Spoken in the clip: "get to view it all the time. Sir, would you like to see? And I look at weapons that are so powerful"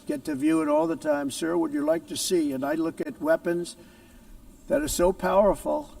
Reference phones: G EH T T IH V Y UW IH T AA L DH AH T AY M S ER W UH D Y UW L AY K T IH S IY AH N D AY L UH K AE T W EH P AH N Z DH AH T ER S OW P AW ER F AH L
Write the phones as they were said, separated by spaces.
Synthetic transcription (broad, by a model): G EH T T IH V Y UW IH T AA L DH AH T AY M S ER W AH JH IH L AY K T IH S IY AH N AY L UH K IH T W EH P AH N Z DH AH T ER S OW P AW ER F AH L